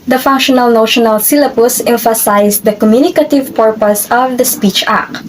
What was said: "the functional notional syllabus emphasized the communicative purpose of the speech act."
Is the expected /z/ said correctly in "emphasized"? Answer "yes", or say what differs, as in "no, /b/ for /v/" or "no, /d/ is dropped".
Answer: no, /s/ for /z/